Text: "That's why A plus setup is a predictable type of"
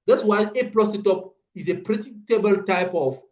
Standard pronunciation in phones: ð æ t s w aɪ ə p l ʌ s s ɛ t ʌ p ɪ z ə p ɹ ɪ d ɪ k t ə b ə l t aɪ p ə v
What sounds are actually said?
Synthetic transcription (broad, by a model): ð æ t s w aɪ ə p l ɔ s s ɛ t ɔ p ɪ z ə p ɹ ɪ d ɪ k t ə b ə l t aɪ p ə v